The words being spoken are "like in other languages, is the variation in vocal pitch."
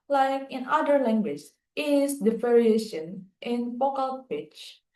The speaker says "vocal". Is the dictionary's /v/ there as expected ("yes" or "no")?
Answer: no